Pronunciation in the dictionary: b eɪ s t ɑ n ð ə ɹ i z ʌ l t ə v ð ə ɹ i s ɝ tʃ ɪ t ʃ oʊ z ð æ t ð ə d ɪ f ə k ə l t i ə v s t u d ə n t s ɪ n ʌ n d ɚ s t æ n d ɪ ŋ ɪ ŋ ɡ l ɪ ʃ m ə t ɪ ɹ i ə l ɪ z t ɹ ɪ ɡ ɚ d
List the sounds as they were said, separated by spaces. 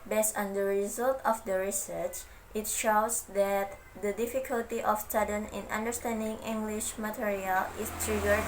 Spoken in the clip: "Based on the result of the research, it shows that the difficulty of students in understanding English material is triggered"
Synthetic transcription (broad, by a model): b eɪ s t ɑ n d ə ɹ i z ʌ l t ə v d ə ɹ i s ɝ tʃ ɪ t ʃ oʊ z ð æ t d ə d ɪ f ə k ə l t i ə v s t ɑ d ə n ɪ n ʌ n d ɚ s t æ n d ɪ ŋ ɪ ŋ ɡ l ɪ ʃ m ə t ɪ ɹ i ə l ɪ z t ɹ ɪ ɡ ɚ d